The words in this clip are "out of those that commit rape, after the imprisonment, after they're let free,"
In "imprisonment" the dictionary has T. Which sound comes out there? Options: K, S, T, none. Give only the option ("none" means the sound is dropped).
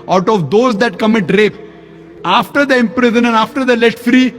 none